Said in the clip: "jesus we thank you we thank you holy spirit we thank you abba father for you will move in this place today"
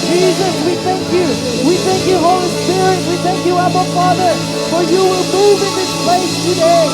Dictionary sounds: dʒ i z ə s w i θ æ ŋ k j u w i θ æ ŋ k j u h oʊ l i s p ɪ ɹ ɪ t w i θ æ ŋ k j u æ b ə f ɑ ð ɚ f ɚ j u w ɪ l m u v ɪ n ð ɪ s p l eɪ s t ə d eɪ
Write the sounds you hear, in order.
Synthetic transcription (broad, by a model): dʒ i z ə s w i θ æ ŋ k j u w i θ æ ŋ k j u h oʊ l i s p ɪ ɹ ɪ t w i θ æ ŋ k j u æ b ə f ɑ ð ɚ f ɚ j u w ɪ l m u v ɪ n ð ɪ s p eɪ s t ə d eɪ